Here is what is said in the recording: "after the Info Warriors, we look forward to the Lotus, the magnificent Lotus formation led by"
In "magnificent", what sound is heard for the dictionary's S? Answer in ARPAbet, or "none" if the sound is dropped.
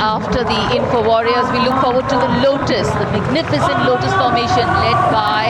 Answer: S